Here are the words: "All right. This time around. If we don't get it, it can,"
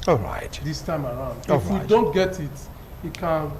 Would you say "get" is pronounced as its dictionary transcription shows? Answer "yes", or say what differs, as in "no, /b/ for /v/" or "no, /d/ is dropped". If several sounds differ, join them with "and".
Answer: yes